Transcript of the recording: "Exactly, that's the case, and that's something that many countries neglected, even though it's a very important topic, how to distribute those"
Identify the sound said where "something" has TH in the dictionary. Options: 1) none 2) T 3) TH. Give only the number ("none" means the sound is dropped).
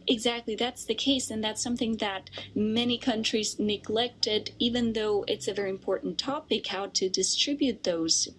3